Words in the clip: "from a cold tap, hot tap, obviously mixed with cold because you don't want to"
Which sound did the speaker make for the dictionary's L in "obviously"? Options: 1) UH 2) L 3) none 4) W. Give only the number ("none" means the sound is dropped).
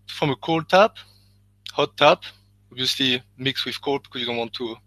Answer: 2